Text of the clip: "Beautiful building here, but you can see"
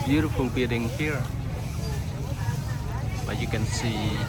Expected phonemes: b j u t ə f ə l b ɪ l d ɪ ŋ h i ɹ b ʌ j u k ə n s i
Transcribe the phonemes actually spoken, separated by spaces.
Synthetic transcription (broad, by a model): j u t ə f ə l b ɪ d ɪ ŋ h i ɹ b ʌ j u k ə n s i